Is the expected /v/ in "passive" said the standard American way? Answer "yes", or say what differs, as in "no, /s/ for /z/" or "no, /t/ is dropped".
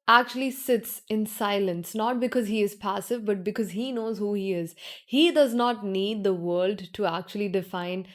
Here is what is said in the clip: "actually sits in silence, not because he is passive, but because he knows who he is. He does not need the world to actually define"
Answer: yes